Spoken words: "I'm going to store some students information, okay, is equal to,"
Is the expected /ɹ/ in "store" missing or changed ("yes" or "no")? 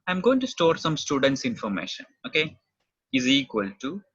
no